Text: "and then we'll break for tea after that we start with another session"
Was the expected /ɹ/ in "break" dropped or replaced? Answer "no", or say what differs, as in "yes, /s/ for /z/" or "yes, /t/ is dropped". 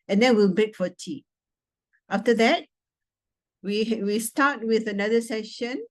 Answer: yes, /ɹ/ is dropped